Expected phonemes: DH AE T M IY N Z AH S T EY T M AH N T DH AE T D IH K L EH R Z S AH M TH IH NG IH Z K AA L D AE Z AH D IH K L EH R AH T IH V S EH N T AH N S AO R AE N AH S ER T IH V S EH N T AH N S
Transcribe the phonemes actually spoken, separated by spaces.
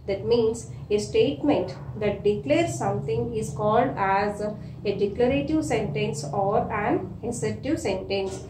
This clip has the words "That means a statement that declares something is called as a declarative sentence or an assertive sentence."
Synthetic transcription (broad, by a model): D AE T M IY N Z AH S T EY T M AH N T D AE T D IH K L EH R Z S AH M T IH NG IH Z K AA L D AE Z AH D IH K L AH R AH T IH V S EH N T AH N S AO R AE N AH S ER T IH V S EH N T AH N S